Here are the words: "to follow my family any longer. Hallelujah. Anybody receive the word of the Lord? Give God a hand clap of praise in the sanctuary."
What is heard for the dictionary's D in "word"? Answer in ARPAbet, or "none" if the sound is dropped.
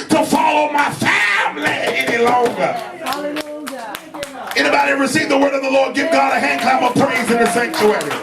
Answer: D